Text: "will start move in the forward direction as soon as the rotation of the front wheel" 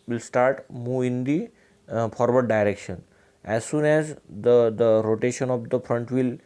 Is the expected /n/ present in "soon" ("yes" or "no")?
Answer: yes